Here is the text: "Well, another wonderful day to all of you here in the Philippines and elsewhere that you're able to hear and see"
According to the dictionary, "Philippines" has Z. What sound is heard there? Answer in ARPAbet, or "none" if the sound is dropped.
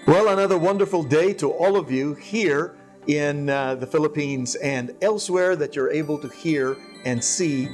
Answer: Z